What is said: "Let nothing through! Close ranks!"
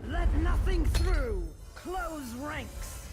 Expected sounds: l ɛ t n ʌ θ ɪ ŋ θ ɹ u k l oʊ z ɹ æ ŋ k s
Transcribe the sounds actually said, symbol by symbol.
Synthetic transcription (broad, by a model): l ɛ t n ʌ θ ɪ ŋ θ ɹ u k l oʊ z ɹ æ ŋ k s